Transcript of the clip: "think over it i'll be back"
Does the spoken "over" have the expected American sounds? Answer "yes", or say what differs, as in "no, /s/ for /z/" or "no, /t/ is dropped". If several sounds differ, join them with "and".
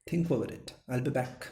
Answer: no, /v/ is dropped